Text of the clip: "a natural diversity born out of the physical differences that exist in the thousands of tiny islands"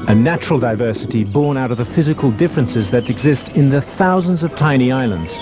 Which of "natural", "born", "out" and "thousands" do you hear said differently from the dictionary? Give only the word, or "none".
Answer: none